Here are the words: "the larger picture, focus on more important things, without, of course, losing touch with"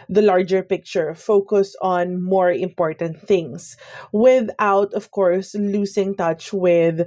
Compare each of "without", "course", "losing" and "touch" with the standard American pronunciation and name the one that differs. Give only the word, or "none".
losing